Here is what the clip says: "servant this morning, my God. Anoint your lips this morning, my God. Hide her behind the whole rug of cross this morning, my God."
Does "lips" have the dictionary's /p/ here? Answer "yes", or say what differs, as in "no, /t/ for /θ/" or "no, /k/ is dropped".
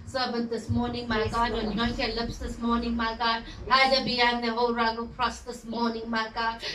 yes